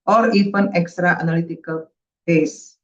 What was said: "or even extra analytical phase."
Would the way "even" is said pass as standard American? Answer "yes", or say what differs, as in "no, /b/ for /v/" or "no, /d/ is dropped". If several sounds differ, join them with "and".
no, /f/ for /v/